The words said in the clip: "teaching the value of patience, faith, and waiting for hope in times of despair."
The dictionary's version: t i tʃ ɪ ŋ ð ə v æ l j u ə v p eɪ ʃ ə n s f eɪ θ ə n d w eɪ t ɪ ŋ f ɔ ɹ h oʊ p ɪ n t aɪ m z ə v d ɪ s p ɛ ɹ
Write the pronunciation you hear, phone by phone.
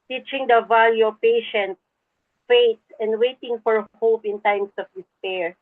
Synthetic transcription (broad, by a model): t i tʃ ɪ ŋ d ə v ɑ l j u p eɪ ʃ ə n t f eɪ t ə n d w eɪ t ɪ ŋ f ɔ ɹ h oʊ p ɪ n t aɪ m s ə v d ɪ s p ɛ ɹ